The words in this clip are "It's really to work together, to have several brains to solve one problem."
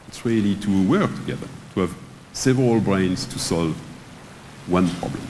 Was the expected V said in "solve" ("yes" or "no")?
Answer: yes